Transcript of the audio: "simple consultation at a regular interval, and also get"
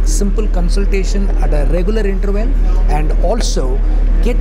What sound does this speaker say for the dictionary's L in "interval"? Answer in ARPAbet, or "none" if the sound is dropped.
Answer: N